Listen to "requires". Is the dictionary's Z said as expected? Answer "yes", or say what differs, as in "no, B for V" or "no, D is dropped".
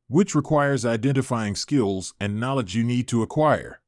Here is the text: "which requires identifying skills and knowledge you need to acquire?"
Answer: yes